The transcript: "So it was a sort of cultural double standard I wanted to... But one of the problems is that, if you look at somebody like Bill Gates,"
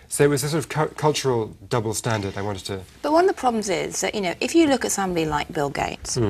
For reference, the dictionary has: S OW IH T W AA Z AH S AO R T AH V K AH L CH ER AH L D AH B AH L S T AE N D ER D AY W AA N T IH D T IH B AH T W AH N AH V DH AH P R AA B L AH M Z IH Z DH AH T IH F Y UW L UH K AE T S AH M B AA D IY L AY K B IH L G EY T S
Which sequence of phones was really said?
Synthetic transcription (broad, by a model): S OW IH T W AA Z AH S AO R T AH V K AH L CH ER AH L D AH B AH L S T AE N D ER D AY W AA N T IH D T IH B AH T W AH N AH V DH AH P R AA B L AH M Z IH Z DH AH T IH F Y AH L UH K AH T S AH M B AA D IY L AY K B IH L G EY T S